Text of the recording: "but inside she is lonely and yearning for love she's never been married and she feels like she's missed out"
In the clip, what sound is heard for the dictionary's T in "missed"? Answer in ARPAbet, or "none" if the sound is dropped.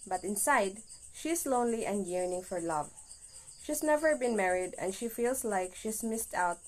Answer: T